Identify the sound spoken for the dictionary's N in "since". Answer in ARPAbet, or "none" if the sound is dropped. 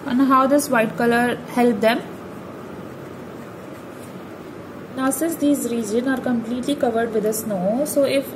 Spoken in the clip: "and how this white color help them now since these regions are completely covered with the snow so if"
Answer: none